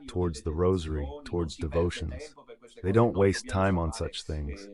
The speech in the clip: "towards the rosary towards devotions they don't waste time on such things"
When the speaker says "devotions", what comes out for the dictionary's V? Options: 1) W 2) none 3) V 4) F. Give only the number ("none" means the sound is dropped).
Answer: 3